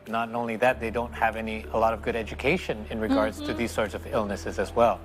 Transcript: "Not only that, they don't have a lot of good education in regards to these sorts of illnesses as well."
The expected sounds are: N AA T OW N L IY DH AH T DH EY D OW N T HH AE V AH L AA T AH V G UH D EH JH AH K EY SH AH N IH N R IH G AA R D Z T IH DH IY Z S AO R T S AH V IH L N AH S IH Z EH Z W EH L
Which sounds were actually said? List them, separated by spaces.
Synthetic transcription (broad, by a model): N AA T OW N L IY DH AH T DH EY D OW N T HH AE V AH L AA T AH V G UH D EH JH AH K EY SH AH N IH N R IH G AA R D Z T IH DH IY Z S AO R T S AH V IH L N AH S IH Z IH Z W EH L